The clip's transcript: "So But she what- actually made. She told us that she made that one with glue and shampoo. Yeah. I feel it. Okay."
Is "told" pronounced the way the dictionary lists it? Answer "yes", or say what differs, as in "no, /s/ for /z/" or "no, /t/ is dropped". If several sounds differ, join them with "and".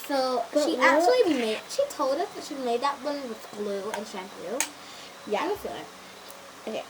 yes